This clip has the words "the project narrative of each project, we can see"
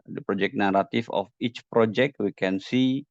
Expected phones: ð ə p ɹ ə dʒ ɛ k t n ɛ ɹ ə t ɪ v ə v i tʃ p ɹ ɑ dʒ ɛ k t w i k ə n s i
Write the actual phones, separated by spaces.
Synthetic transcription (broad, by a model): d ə p ɹ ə dʒ ɛ k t n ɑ ɹ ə t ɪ f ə f i tʃ p ɹ ɑ dʒ ɛ k t w i k ə n s i